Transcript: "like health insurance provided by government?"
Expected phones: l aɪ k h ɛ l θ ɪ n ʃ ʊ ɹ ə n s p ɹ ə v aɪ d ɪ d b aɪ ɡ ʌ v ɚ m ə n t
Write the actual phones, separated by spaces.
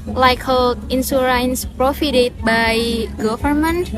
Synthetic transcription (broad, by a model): l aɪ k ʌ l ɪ n s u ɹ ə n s p ɹ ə f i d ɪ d b aɪ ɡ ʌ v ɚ m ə n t